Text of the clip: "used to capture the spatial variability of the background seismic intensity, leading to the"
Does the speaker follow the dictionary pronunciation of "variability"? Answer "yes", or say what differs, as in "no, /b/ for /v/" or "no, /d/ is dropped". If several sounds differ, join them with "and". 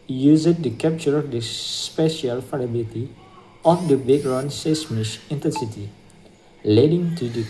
no, /f/ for /v/